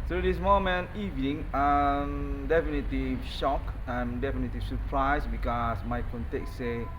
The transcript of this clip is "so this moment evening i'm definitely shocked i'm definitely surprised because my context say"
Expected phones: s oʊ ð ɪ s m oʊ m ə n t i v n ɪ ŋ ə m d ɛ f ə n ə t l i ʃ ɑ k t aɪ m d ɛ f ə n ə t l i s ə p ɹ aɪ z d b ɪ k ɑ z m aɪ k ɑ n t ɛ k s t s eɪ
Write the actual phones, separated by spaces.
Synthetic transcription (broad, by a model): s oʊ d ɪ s m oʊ m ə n i v n ɪ ŋ ə m d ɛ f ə n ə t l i ʃ ɑ k aɪ m d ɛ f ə n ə t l i s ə p ɹ aɪ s b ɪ k ɑ s m aɪ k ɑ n t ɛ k s s eɪ